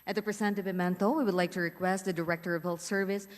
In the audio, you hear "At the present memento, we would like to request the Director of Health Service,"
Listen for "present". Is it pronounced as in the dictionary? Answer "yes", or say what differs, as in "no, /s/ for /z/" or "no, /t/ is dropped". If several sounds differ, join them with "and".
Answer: no, /s/ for /z/